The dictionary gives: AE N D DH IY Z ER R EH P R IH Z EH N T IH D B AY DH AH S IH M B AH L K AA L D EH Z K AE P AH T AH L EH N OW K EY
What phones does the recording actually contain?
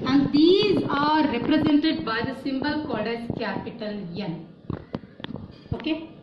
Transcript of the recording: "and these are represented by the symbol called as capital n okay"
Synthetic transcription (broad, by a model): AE N D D IY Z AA R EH P R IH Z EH N T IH D B AY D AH S IH M B AH L K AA D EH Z K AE P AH T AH L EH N OW K EY